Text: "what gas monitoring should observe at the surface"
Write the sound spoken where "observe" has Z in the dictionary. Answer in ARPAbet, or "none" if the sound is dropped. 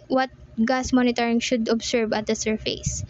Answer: S